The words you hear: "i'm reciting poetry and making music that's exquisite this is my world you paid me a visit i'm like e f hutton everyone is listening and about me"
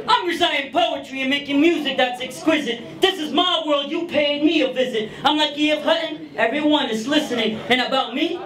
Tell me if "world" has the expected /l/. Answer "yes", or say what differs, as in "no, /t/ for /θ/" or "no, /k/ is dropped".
yes